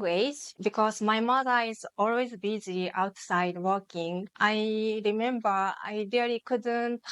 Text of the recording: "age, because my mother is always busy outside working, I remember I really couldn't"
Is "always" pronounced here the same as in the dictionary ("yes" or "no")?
yes